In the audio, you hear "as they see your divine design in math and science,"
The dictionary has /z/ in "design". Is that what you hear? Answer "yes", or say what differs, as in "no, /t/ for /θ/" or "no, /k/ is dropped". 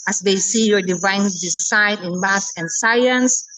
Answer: no, /s/ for /z/